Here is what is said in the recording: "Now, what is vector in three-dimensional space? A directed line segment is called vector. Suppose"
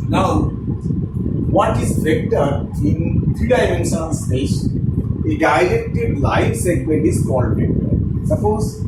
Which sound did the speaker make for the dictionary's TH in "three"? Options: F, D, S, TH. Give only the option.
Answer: F